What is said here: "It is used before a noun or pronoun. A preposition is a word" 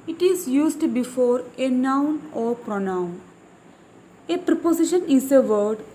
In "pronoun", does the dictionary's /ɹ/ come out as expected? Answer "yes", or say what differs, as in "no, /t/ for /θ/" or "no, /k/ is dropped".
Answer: yes